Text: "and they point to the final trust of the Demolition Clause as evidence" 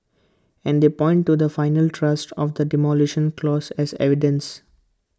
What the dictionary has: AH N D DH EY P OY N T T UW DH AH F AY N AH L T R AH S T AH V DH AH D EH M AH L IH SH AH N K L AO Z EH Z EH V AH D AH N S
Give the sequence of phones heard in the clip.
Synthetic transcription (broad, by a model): AH N D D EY P OY N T T UW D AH F AY N AH L T R AH S T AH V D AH D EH M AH L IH SH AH N K L AO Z EH Z EH V AH D AH N S